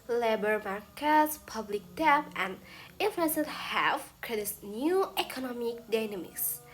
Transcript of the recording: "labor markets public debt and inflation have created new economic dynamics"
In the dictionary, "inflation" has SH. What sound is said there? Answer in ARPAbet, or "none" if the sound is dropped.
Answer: S